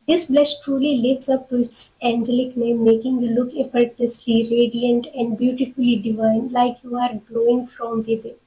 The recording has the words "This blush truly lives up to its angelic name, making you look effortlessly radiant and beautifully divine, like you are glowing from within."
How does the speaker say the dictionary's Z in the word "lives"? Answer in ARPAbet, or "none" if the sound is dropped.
S